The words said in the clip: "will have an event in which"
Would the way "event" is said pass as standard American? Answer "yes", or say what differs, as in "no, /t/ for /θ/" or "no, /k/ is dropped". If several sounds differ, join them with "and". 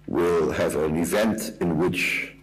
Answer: yes